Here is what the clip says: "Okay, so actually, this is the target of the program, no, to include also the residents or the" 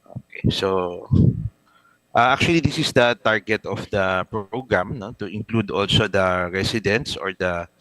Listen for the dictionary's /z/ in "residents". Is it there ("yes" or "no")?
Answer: no